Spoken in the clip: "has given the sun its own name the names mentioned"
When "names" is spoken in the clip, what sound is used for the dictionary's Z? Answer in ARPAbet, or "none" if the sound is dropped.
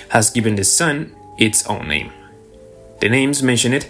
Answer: Z